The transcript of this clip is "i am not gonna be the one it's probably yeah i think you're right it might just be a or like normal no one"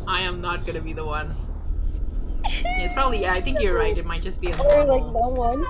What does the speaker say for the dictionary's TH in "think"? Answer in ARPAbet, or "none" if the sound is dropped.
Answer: TH